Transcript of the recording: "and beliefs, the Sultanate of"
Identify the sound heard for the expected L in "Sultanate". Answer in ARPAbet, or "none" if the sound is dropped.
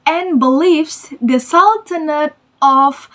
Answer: L